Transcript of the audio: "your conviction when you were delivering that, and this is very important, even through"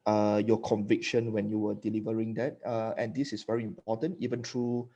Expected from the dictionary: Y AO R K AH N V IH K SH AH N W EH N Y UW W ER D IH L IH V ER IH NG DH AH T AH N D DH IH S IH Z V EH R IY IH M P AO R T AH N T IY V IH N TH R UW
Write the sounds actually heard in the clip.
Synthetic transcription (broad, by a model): Y AO K AH N V IH K SH AH N W EH N Y UW W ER D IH L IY V ER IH NG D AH T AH N D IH S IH S V EH R IY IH M P AO T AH N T IY V IH N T R UW